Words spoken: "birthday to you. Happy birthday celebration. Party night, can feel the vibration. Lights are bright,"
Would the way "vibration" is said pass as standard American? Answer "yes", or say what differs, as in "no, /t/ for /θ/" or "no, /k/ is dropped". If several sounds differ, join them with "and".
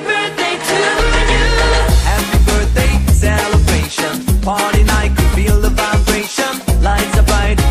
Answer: no, /f/ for /v/